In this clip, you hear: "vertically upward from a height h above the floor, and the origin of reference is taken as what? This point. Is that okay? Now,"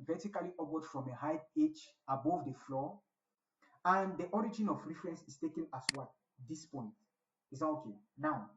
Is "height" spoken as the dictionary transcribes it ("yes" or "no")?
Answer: no